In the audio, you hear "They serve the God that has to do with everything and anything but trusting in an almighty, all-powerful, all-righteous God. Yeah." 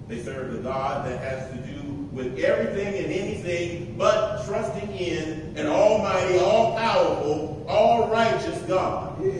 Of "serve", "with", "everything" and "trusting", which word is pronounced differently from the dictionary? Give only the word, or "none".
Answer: none